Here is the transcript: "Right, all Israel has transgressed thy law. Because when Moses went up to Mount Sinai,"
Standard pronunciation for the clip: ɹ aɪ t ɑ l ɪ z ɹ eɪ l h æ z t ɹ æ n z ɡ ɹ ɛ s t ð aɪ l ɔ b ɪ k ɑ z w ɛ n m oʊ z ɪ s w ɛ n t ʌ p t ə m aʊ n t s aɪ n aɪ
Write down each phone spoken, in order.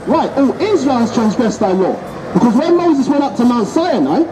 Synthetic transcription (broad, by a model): ɹ aɪ t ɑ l ɪ z ɹ eɪ l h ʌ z t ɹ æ n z ɡ ɹ ɛ s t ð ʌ l ɔ b ɪ k ɑ z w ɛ m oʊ z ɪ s w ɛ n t ʌ p t ə m aʊ n t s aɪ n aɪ